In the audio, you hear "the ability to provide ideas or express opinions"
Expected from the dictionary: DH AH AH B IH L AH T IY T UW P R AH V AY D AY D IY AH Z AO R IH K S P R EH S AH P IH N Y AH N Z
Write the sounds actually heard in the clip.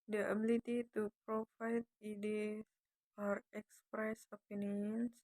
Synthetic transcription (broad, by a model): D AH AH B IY L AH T IY T UW P R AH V AY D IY D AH AO R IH K S P R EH S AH P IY N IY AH N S